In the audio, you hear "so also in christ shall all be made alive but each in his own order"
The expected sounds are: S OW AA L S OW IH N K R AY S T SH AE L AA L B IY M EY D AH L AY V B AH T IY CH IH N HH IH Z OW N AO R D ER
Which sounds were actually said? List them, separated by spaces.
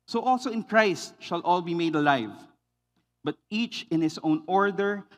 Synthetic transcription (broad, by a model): S OW AA L S OW IH N K R AY S T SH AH L AA L B IY M EY D AH L AY V B AH T IY CH IH N HH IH S OW N AO R D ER